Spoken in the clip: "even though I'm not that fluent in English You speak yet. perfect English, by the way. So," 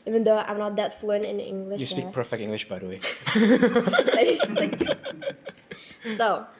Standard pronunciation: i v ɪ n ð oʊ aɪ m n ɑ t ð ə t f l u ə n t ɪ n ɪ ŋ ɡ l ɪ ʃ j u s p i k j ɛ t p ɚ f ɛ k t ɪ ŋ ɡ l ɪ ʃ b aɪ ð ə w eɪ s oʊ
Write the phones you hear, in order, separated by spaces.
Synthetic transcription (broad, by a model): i v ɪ n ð oʊ aɪ m n ɑ t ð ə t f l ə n ɪ n ɪ ŋ ɡ l ɪ ʃ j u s i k p ɚ f ɛ k t ɪ ŋ ɡ l ɪ ʃ b aɪ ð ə w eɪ s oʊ